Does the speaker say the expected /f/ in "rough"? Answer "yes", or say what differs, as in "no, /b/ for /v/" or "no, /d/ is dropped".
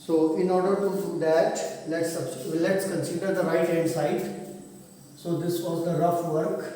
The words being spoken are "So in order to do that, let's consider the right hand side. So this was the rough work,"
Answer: yes